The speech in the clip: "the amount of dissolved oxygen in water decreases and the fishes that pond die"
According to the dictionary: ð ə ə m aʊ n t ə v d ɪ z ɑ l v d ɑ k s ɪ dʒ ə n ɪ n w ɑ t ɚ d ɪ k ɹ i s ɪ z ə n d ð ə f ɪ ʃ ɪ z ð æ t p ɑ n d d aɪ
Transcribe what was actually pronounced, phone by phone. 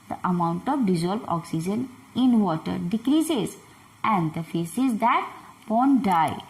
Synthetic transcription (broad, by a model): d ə ə m aʊ n t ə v d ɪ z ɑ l b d ɑ k s ɪ dʒ ə n ɪ n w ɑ t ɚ d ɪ k ɹ i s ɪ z ə n d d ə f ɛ s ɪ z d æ t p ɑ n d d aɪ